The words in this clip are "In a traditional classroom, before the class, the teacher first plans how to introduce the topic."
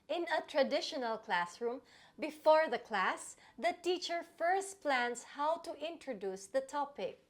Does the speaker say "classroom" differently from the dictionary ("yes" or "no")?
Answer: no